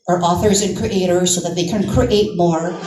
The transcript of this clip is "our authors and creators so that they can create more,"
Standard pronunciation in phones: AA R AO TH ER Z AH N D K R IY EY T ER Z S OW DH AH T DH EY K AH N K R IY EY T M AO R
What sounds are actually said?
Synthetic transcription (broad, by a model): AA R AO TH ER Z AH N K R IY EY T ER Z S OW DH AH T DH EY K AH N K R IY EY T M AO R